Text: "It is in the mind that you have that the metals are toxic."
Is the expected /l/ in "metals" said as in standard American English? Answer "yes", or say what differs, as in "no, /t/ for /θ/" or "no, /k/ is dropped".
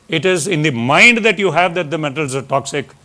yes